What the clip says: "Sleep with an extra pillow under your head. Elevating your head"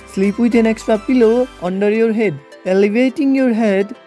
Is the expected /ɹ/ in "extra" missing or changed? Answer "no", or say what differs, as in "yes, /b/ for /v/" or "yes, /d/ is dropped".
yes, /ɹ/ is dropped